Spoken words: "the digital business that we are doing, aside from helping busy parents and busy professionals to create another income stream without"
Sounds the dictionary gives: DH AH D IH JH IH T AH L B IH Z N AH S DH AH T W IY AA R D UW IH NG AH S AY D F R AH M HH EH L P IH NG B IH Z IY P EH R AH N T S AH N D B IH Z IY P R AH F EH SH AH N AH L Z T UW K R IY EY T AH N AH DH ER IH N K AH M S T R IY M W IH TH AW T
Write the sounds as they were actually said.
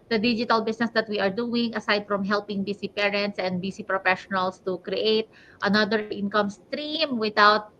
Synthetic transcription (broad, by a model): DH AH D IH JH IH T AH L B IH S N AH S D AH T W IY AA R D UW IH NG AH S AY D F R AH M HH EH L P IH NG B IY S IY P EH R AH N T S AH N D B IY S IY P R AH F EH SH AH N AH L S T UW K R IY EY T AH N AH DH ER IH N K AH M S T R IY M W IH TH AW T